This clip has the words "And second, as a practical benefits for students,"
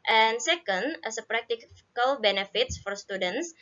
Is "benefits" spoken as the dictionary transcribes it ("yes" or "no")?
yes